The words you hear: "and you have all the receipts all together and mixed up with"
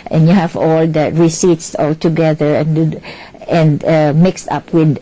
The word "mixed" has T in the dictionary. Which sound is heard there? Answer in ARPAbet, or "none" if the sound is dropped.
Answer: T